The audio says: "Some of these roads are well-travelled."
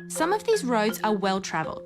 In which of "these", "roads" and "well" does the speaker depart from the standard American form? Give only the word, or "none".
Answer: none